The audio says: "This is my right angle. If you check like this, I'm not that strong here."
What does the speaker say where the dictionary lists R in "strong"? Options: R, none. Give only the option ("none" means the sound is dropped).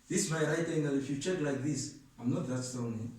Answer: none